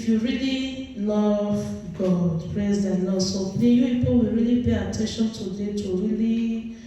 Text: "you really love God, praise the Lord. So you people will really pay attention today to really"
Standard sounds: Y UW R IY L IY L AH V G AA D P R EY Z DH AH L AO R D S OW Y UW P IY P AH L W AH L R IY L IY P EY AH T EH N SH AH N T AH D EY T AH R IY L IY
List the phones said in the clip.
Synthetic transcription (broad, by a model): Y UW R IY L IY L AH V G AA D P R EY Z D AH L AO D S OW Y UW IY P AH W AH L R IY L IY P EY AH T EH N SH AH N T AH D EY T AH R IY L IY